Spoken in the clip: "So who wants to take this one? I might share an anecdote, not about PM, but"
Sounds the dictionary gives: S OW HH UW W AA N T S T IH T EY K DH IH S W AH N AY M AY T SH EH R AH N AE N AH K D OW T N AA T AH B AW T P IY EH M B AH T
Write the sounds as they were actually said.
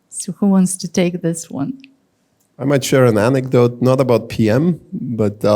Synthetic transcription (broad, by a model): S OW HH UW W AA N T S T IH T EY K DH IH S W AH N AY M AY T SH EH R AH N AE N AH K D OW T N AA T AH B AW T P IY EH M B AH T